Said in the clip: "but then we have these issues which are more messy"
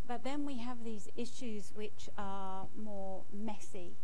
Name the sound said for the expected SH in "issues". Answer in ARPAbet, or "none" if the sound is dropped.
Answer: SH